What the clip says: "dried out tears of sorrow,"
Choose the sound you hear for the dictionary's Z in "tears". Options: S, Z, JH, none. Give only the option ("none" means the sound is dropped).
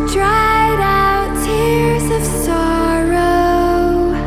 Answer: Z